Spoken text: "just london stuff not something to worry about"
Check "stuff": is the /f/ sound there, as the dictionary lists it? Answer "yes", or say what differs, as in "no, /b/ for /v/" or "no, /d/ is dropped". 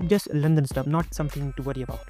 no, /p/ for /f/